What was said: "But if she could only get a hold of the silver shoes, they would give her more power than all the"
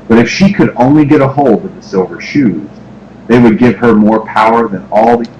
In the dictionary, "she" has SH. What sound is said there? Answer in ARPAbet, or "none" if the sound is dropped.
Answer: SH